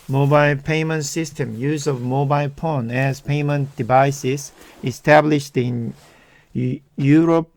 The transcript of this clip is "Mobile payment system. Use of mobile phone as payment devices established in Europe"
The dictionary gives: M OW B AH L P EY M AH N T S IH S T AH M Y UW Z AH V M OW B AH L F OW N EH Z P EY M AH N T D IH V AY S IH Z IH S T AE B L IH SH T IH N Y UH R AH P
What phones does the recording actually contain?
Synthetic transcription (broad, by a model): M OW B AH L P EY M AH N T S IH S T AH M Y UW Z AH V M OW B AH L P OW N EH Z P EY M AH N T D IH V AY S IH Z IH S T AE B L IH SH T IH N Y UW R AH P